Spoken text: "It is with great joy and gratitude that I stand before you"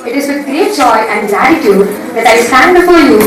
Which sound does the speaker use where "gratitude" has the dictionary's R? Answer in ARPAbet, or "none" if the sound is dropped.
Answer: L